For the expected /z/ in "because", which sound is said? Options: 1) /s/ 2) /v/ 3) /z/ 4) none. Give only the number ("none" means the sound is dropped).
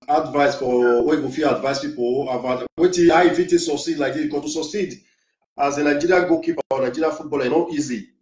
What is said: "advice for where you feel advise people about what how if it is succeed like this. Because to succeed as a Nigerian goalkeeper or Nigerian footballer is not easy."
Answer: 4